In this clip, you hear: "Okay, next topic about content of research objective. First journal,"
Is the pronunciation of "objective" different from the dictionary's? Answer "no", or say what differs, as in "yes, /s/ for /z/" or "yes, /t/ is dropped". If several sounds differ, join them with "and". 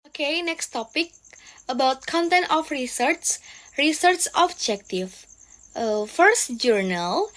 yes, /f/ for /v/